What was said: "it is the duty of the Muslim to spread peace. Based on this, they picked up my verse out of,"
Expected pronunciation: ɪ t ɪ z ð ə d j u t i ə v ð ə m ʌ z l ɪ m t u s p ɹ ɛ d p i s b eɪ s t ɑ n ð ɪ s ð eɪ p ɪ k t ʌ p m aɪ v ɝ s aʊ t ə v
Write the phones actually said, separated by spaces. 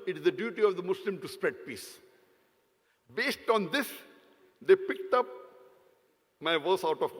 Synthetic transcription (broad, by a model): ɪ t ɪ z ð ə d j u t i ə v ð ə m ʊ s l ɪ m t u s p ɹ ɛ d p i s b eɪ s t ɑ n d ɪ s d eɪ p ɪ k t ʌ p m aɪ v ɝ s aʊ t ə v